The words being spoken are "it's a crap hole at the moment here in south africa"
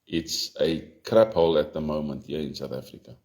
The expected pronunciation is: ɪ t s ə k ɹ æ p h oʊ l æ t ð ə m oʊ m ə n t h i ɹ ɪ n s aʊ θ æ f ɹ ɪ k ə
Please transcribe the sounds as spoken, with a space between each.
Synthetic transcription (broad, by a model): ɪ t s ə k ɹ æ p h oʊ l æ t ð ə m oʊ m ə n t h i ɪ n s aʊ θ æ f ɹ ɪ k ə